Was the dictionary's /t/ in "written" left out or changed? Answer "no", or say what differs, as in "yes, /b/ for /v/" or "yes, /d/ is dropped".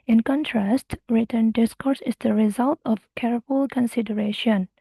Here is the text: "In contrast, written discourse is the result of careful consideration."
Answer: no